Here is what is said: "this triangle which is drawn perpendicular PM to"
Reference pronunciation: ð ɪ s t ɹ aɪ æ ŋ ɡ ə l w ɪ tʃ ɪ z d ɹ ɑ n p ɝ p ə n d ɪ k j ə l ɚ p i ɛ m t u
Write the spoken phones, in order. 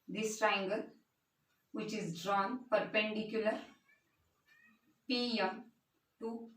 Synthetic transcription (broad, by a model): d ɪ s t ɹ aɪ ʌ ŋ ɡ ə l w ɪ tʃ ɪ z d ɹ ɑ n p ɝ p ə n d ɪ k j ə l ɚ p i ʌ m t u